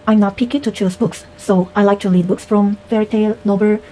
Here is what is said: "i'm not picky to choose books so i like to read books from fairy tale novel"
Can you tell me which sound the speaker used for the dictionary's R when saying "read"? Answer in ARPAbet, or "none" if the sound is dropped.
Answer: L